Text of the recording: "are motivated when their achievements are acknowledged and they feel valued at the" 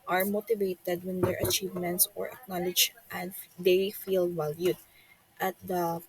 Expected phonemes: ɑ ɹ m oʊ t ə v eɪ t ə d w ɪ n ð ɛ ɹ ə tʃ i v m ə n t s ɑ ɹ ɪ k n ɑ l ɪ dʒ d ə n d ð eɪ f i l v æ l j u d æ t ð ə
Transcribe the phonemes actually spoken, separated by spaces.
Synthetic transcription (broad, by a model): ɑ ɹ m oʊ t ə v eɪ t ə d w ɪ n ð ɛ ɹ ə tʃ i v m ə n t s ɑ ɹ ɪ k n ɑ l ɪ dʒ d ə n d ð eɪ f i l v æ l j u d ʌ t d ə